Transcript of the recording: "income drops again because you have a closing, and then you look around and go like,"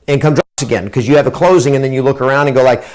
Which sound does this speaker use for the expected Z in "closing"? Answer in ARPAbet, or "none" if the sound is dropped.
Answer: Z